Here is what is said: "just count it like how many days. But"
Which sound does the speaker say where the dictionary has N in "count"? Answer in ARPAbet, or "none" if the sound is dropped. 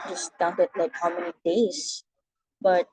none